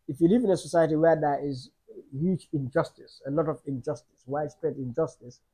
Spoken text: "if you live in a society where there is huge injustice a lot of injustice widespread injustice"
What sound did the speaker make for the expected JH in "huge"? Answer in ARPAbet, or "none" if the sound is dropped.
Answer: CH